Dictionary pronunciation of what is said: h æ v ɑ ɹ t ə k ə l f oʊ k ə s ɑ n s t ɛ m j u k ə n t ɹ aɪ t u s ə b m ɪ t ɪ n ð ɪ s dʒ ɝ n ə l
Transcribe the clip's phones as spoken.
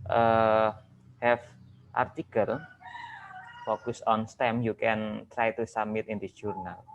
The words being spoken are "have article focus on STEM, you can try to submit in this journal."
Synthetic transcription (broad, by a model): h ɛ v ɑ ɹ t ə k ə l f oʊ k ə s ɑ n s t ɛ m j u k ə n t ɹ aɪ t u s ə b m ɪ t ɪ n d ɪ dʒ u n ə l